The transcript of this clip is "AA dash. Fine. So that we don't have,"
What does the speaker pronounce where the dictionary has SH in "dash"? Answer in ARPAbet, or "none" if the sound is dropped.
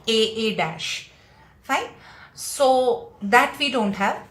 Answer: SH